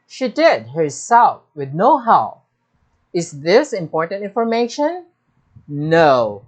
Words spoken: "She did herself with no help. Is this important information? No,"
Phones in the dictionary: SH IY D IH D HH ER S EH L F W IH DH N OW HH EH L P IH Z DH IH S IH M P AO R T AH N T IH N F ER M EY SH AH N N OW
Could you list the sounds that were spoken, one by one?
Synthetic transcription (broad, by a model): SH IY D IH D HH ER S EH L F W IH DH N OW HH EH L IH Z DH IH S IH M P AO R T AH N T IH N F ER M EY SH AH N N OW